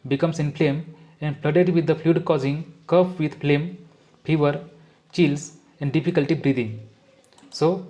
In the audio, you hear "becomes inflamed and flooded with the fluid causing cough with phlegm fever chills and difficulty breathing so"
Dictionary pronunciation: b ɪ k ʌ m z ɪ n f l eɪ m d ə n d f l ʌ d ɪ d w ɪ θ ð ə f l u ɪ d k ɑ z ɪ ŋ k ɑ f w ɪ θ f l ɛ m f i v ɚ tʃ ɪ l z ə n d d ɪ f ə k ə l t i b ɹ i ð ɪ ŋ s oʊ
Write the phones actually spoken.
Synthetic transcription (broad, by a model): b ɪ k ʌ m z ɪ n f l eɪ m ə n d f l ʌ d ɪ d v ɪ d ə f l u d k ɑ z ɪ ŋ k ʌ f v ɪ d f l ɛ m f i v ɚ tʃ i l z ə n d d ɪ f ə k ə l t i b ɹ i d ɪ ŋ s oʊ